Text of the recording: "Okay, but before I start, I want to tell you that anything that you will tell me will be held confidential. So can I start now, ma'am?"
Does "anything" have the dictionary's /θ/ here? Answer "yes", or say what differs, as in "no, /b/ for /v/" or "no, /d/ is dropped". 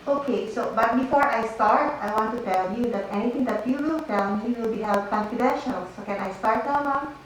no, /t/ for /θ/